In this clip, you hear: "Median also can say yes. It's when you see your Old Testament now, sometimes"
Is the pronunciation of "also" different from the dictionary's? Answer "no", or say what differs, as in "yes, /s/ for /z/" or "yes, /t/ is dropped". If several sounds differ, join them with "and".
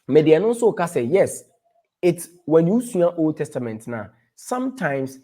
yes, /n/ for /l/